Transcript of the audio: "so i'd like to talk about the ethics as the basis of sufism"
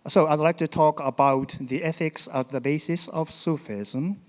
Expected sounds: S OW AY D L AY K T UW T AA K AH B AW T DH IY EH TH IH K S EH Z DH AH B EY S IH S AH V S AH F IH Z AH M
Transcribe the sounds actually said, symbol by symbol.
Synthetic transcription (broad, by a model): S OW AY D L AY K T UW T AA K AH B AW T DH IY EH TH IH K S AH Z DH AH B EY S IH S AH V S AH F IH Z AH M